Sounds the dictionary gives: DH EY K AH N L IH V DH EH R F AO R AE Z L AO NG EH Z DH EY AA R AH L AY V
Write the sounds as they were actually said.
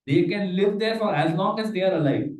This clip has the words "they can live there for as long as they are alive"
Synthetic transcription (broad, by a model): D EY K AH N L IH V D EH R F AO R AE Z N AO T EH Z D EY AA R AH L AY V